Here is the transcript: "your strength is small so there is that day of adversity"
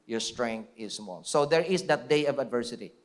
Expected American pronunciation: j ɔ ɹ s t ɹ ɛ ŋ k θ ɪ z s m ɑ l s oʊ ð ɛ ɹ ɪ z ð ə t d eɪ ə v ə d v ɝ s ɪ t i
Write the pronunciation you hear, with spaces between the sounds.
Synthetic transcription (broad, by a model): j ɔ ɹ s t ɹ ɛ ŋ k t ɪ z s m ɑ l s oʊ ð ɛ ɹ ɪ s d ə t d eɪ ə v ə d v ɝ s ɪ t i